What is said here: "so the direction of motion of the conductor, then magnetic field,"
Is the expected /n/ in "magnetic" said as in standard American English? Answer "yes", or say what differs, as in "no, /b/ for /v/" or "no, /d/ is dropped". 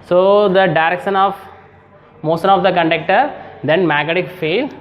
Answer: no, /n/ is dropped